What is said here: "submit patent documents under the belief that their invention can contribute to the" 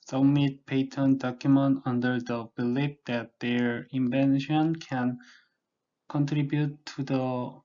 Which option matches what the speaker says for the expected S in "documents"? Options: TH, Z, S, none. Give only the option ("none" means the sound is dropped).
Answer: none